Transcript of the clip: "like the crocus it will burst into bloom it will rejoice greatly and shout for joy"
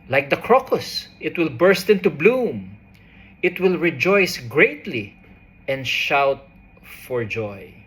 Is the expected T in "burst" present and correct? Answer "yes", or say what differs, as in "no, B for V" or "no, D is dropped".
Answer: yes